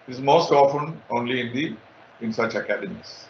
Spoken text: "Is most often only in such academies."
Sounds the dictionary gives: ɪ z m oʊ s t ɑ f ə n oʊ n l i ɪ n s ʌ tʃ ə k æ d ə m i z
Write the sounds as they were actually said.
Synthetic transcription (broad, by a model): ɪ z m oʊ s t ɑ f ə n oʊ n l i ɪ n s ʌ tʃ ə k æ d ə m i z